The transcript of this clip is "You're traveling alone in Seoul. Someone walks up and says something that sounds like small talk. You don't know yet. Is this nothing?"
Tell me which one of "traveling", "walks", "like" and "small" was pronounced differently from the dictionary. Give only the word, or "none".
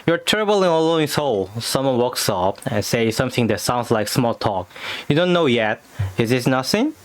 traveling